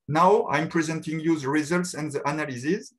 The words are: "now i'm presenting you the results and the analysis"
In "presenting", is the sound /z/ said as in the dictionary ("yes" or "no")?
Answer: yes